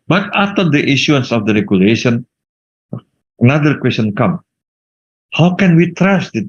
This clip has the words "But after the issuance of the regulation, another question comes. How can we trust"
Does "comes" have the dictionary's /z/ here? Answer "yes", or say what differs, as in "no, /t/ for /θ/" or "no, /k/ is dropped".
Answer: no, /z/ is dropped